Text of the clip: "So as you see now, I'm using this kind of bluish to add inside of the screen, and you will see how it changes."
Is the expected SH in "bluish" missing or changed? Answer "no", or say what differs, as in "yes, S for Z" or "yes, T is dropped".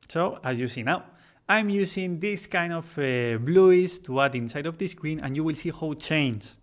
yes, S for SH